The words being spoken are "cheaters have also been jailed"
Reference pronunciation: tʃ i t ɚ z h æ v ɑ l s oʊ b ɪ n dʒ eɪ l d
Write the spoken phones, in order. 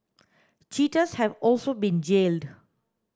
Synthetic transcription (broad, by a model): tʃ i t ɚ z h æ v ɑ l s oʊ b ɪ n dʒ eɪ l d